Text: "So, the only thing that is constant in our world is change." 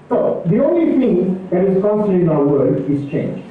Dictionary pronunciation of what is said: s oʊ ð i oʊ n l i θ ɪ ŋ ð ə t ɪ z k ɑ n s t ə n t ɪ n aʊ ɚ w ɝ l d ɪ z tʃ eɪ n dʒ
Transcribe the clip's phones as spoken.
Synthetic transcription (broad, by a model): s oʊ ð i oʊ n l i θ ɪ ŋ ð ə t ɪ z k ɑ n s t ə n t ɪ n aʊ ɚ w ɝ d ɪ z tʃ eɪ n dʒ